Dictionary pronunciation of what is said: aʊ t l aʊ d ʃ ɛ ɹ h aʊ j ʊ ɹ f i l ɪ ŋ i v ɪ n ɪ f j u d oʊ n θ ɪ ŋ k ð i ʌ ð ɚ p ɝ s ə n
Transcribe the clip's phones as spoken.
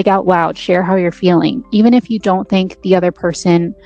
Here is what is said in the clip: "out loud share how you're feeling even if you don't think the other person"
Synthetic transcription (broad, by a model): aʊ t w aʊ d ʃ ɛ ɹ h aʊ j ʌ ɹ f i l ɪ ŋ i v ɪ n ɪ f j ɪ d oʊ n θ ɪ ŋ k ð i ʌ ð ɚ p ɝ s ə n